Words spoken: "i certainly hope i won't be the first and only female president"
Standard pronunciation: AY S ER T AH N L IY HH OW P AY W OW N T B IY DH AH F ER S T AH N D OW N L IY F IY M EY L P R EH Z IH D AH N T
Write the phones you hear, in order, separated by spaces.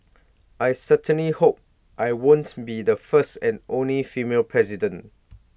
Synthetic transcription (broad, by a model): AY S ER T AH N L IY HH OW P AY W OW N T B IY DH AH F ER S T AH N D OW N L IY F IY M EY L P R EH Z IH D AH N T